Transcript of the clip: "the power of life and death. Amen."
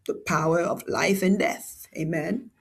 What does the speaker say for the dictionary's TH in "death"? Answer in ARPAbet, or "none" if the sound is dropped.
TH